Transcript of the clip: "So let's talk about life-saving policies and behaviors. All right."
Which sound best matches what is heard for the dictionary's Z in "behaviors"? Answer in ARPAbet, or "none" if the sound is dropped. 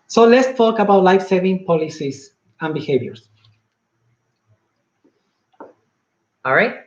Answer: S